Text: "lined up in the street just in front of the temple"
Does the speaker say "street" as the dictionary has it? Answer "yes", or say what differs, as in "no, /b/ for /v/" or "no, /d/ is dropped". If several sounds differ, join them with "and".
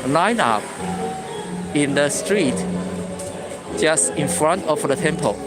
yes